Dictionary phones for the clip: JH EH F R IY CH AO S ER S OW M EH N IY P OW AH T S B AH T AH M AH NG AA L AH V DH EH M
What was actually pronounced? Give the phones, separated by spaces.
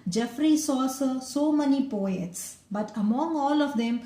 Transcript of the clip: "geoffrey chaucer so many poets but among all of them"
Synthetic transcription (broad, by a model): JH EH F R IY S AO S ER S OW M EH N IY P OW AH T S B AH T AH M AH NG AA L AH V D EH M